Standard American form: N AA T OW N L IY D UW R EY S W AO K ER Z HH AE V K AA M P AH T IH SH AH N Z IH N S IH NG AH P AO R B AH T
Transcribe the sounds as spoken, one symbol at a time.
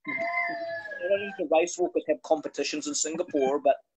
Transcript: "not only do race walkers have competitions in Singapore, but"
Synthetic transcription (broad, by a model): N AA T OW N IY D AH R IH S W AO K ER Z HH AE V K AA M P AH T IH SH AH N Z IH N S IH NG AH P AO R B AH T